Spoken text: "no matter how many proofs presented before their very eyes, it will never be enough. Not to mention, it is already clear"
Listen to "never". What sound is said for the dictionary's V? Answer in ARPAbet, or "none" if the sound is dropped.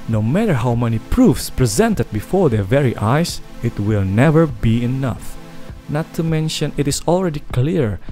V